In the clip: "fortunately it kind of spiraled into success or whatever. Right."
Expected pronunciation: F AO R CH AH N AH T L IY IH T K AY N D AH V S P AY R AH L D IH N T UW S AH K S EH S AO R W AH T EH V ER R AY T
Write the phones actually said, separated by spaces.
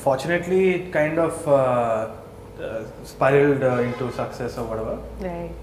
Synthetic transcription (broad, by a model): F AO R CH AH N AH T L IY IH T K AY N D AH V S P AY AH L D IH N T UW S AH K S EH S AO R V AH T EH V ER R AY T